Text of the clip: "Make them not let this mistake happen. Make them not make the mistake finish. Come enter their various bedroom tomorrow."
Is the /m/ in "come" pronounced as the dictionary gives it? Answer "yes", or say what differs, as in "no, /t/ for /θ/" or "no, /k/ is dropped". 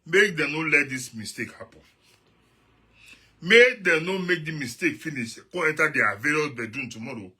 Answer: no, /m/ is dropped